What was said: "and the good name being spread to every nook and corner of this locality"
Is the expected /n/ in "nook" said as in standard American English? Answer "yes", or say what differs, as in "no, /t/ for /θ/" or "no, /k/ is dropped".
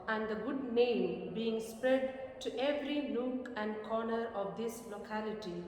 no, /l/ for /n/